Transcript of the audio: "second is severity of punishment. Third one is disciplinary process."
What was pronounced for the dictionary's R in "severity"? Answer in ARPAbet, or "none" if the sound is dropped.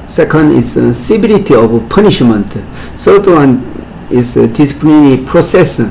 L